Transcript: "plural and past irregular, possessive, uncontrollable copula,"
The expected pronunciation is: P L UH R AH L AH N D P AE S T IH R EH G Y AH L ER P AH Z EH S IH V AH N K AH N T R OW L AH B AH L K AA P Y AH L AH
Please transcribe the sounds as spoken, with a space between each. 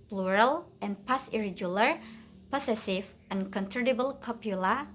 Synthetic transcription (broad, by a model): P L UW R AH L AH N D P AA S IH R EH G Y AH L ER P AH S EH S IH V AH N K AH N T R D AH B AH L K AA P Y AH L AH